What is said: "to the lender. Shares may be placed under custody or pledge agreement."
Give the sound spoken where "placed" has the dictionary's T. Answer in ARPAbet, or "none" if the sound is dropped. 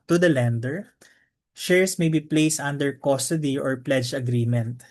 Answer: T